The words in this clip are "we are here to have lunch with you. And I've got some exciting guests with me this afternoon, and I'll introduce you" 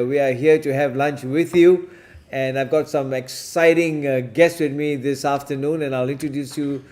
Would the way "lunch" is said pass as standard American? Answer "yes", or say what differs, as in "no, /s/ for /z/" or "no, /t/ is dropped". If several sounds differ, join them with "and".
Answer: yes